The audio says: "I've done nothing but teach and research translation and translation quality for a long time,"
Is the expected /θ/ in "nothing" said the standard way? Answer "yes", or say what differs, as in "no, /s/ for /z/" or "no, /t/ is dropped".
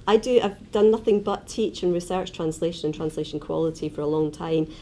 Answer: yes